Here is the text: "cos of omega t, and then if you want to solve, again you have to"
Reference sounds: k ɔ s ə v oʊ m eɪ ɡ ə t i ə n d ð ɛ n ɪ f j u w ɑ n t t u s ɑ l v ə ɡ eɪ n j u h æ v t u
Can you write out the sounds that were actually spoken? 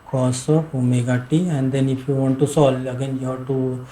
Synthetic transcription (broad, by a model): k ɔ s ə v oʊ m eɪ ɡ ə t i ə n d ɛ n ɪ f j u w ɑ n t t u s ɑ l ə ɡ eɪ n j u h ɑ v t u